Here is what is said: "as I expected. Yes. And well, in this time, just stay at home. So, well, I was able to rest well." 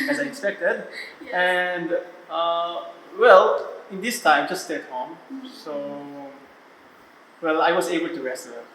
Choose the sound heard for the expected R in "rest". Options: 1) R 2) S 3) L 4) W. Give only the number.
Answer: 1